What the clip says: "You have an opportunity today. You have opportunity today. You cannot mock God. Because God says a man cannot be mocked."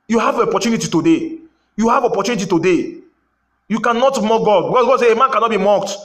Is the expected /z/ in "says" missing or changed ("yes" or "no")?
yes